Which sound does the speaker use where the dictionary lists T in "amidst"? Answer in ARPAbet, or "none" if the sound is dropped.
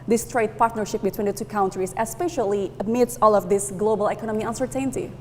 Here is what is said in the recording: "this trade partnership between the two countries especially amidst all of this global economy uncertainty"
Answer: none